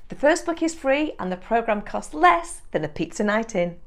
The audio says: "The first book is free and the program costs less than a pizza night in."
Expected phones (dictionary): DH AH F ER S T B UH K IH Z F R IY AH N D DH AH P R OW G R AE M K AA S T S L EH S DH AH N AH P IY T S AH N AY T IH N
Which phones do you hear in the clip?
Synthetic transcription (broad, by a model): DH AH F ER S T B UH K IH Z F R IY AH N DH AH P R OW G R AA M K AA S T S L EH S DH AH N AH P IY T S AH N AY T IH N